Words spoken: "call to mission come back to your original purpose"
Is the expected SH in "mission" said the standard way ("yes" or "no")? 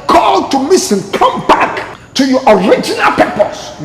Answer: no